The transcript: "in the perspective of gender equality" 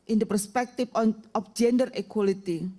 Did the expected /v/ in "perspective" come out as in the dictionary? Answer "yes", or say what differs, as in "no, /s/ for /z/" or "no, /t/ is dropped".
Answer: no, /f/ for /v/